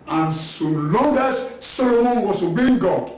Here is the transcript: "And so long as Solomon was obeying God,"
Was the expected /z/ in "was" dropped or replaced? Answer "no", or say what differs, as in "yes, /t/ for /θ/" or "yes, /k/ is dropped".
yes, /s/ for /z/